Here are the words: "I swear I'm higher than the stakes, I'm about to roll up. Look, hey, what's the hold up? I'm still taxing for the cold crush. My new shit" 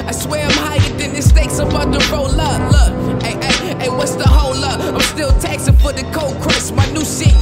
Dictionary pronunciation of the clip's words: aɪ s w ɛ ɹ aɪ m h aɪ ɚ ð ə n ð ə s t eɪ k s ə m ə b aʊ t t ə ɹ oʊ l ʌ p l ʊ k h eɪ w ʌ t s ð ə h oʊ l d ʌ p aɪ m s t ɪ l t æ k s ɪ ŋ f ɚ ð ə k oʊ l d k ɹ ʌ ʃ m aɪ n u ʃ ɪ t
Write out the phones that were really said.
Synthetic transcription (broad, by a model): aɪ s w ɛ ɹ aɪ m h aɪ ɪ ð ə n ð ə s t eɪ k s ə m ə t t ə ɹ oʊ l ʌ l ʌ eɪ w ʌ t s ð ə h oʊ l ʌ aɪ m s t ɪ l t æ k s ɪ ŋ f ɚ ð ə k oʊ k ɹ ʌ s m aɪ n u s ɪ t